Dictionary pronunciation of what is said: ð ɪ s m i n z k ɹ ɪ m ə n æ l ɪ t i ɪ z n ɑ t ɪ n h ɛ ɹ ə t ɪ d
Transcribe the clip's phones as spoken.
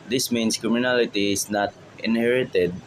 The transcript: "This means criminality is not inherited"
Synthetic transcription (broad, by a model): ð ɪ s m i n s k ɹ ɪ m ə n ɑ l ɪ t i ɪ s n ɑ t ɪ n h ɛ ɹ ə t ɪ d